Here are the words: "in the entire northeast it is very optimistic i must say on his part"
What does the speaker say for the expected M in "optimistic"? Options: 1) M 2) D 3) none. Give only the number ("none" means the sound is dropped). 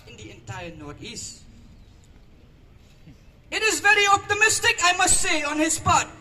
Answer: 1